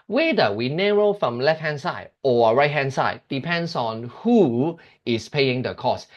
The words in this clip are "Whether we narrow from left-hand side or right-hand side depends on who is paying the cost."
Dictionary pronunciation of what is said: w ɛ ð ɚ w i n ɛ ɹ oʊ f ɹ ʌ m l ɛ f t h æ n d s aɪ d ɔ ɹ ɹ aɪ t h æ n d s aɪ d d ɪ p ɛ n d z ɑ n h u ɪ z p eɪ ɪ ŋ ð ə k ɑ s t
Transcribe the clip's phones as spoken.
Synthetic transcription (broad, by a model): w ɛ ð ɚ w i n ɛ ɹ oʊ f ɹ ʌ m l ɛ f t h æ n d s aɪ d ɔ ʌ ɹ aɪ t h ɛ n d s aɪ d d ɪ p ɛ n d s ɑ n h u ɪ s p eɪ ɪ ŋ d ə k ɑ s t